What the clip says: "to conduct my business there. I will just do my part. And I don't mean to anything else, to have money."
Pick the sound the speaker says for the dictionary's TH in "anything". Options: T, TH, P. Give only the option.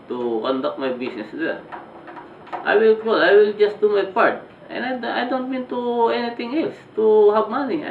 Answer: T